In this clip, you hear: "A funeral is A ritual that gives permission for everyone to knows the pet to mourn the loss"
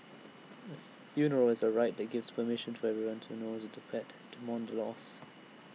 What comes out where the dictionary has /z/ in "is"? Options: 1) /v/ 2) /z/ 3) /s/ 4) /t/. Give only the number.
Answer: 2